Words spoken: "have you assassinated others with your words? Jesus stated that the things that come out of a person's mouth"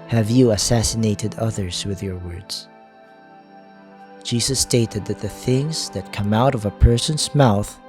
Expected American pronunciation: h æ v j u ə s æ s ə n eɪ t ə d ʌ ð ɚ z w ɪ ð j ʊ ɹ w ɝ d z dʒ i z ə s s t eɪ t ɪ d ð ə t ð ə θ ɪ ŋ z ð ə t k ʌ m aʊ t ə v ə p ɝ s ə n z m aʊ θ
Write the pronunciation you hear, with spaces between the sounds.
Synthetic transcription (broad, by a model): h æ v j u ə s æ s ə n eɪ t ə d ʌ ð ɚ z w ɪ ð j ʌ ɹ w ɝ d z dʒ i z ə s s t eɪ t ɪ d ð ə t ð ə θ ɪ ŋ z ð ə t k ʌ m aʊ t ə v ə p ɝ s ə n z m aʊ θ